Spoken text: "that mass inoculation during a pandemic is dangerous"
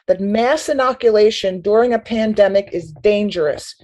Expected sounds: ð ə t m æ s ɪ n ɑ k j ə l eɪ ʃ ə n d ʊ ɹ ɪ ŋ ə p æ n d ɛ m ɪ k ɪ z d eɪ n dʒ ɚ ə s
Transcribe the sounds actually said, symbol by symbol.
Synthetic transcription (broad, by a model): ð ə t m æ s ɪ n ɑ k j ə l eɪ ʃ ə n d ʊ ɹ ɪ ŋ ə p æ n d ɛ m ɪ k ɪ z d eɪ n dʒ ɚ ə s